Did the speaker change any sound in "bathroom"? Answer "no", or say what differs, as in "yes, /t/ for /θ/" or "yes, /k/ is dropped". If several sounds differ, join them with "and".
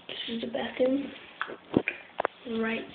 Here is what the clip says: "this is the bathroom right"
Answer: yes, /ɹ/ is dropped